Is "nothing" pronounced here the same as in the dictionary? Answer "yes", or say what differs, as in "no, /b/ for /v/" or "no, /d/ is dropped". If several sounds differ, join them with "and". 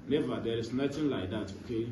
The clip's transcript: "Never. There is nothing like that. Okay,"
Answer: no, /t/ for /θ/